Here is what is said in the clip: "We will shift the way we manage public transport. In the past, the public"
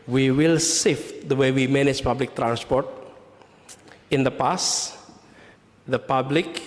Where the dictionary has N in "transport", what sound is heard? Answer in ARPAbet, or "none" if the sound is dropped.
N